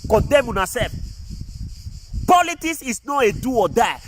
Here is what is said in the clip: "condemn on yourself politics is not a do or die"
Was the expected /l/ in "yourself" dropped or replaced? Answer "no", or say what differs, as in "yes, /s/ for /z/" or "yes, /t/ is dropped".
yes, /l/ is dropped